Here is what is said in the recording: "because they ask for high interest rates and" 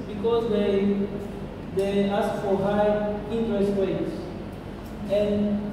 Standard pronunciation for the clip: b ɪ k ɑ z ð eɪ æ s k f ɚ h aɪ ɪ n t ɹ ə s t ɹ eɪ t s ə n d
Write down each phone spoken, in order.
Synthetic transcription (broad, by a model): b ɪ k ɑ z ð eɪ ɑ s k f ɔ h aɪ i n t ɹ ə s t w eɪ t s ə n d